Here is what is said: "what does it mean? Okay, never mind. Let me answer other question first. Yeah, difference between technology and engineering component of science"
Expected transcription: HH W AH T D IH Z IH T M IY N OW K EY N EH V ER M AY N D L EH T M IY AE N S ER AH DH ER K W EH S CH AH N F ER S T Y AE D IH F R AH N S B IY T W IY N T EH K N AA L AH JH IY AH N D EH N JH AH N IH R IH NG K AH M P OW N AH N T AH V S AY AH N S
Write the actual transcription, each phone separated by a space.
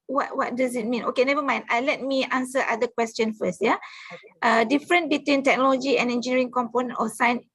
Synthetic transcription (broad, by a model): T W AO T D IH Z IH T M IY N OW K EY N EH V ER M AY N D L EH T M IY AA N S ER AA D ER K W EH S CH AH N F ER S T Y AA D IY F R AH N B IY T W IY N T EH K N AA L AH JH IY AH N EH N JH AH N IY R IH NG K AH M P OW N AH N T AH S AY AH N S